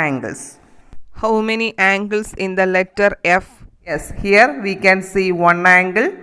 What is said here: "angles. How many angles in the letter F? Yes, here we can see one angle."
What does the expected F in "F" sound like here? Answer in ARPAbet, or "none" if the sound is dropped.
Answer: F